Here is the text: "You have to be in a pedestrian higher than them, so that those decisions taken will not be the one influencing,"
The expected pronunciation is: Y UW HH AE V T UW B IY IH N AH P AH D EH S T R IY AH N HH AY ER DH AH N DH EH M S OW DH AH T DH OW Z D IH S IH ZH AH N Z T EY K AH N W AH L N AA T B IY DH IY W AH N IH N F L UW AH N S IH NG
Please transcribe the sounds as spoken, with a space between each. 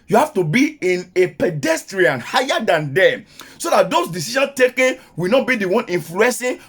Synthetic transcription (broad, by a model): Y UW HH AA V T UW B IY IH N AH P AH D EH S T R IY AH N HH AY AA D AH N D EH S OW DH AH T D OW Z D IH S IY SH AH N S T EY K AH N W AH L N AA T B IY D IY W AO N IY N F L UW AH N S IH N